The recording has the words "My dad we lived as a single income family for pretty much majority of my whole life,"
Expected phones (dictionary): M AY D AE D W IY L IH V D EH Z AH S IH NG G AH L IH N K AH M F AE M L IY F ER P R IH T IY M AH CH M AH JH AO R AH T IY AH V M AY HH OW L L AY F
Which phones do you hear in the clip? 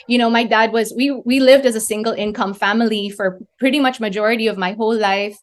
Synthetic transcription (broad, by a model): M AY D AE D W IY L IH V D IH Z AH S IH NG G L IH N K AH M F AE M L IY F ER P R IH T IY M AH CH M AH JH AO R AH T IY AH V M AY HH OW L L AY F